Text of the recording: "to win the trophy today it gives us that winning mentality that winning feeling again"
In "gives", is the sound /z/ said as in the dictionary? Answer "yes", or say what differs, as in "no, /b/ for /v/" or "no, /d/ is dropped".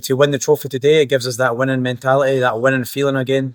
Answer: yes